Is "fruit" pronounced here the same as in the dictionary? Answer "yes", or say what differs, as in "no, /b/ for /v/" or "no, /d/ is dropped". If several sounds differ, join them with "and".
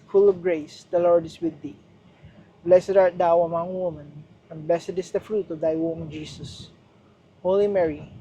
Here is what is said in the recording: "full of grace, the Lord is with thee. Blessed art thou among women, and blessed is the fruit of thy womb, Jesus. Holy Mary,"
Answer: yes